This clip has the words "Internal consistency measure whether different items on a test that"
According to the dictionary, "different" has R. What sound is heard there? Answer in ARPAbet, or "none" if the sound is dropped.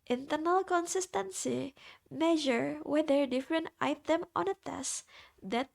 R